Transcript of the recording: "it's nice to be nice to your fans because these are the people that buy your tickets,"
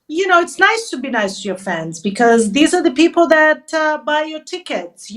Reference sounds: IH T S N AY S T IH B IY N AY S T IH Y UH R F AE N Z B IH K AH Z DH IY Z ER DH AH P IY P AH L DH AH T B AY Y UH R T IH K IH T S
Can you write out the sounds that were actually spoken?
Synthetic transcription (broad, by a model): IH T S N AY S T IH B IY N AY S T IH Y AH R F AE N Z B IH K AH Z DH IY Z ER DH AH P IY P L DH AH T B AY Y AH R T IH K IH T S